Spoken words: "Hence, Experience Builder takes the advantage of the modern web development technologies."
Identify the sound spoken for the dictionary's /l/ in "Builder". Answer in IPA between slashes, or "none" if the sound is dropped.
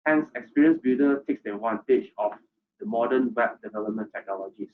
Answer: none